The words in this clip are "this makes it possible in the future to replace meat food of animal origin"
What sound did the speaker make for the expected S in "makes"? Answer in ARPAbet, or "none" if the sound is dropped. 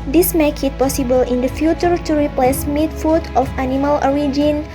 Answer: none